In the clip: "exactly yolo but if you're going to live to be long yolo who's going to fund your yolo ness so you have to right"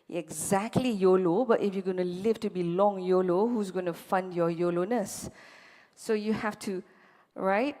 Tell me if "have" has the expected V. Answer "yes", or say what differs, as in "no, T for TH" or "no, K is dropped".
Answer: no, F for V